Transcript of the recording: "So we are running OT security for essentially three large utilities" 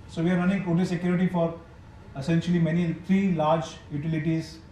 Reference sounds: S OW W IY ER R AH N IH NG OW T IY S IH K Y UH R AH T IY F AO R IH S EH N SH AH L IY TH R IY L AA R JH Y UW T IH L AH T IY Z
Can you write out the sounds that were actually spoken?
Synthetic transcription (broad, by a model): S OW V IY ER R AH N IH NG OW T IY S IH K Y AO R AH T IY F AO R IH S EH N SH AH L IY T R IY L AA R JH Y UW T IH L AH T IY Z